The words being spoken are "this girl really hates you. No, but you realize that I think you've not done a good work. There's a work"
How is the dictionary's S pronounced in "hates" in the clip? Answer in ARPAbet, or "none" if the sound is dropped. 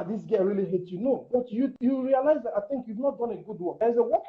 none